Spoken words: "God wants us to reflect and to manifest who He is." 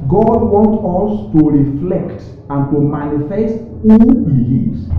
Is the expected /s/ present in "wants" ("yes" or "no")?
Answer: no